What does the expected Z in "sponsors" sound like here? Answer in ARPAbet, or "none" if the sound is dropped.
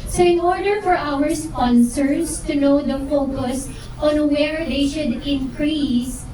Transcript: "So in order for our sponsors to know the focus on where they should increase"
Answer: S